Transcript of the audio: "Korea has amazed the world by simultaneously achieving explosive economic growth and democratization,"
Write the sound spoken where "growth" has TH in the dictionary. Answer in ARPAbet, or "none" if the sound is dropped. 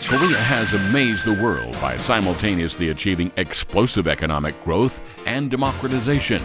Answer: TH